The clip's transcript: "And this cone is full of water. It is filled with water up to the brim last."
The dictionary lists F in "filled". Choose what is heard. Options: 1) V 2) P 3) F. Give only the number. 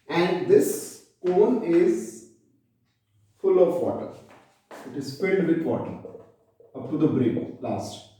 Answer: 2